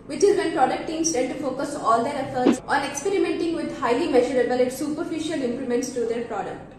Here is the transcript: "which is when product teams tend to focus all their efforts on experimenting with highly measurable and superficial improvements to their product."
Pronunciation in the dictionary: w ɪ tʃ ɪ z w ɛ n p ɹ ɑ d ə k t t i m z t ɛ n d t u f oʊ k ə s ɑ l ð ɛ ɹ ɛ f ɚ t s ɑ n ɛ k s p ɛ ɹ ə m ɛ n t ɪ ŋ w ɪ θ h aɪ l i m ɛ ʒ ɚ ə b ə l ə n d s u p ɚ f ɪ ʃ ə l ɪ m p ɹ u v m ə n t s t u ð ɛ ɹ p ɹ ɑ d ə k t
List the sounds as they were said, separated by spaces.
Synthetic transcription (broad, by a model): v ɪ tʃ ɪ z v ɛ n p ɹ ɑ d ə k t t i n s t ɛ d t u f oʊ k ə s ɑ l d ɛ ɹ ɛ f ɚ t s ɑ n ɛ k s p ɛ ɹ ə m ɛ n t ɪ ŋ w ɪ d h aɪ l i m ɛ ʒ ɚ ə b ə l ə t s u p ɚ f ɪ ʃ ə l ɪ m p l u m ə n t s t u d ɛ ɹ p ɹ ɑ d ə k t